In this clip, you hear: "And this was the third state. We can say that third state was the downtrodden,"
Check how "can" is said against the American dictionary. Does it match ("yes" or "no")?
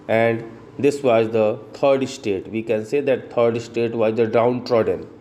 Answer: yes